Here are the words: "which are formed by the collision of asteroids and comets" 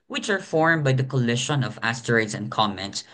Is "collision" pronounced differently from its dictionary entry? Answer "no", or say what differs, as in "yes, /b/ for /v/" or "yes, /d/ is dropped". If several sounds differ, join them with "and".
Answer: yes, /ʃ/ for /ʒ/